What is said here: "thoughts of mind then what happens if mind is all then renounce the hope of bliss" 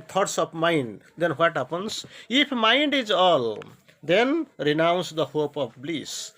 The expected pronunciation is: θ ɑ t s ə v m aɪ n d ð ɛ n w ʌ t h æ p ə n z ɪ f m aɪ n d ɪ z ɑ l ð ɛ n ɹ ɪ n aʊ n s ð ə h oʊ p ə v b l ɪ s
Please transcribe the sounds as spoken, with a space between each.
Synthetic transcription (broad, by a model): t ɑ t s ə b m aɪ n d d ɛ n w ʌ t h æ p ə n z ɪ p m aɪ n d ɪ z ɑ l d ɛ n ɹ ɪ n aʊ n s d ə h oʊ p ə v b l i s